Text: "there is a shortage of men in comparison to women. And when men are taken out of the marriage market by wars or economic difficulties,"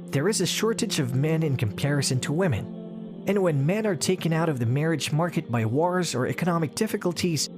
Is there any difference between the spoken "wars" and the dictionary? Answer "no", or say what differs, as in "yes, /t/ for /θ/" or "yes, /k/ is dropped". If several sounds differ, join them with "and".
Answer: no